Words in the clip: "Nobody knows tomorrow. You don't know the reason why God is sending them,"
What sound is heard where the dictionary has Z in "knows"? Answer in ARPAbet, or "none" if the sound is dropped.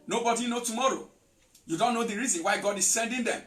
none